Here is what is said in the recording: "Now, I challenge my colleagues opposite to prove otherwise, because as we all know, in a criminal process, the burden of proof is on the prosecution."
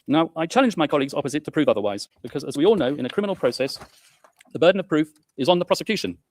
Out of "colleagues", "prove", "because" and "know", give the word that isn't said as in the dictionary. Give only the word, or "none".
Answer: none